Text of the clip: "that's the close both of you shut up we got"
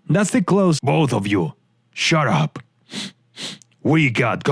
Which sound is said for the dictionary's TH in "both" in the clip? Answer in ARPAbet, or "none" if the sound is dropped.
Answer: TH